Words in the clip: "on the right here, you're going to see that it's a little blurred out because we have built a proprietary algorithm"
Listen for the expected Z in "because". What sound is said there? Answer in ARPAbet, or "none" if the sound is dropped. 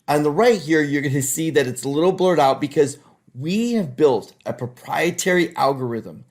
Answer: Z